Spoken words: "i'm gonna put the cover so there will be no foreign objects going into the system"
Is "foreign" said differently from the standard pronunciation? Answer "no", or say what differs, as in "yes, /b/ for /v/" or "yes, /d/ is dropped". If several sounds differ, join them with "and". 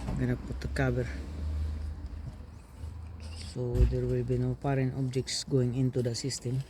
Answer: yes, /p/ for /f/